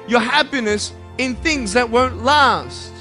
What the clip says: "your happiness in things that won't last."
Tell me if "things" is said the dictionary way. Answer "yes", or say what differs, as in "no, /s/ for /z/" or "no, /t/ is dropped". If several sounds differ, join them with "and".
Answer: yes